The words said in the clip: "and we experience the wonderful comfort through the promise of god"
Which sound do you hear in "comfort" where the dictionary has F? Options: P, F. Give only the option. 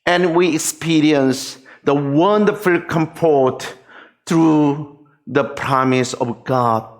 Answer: P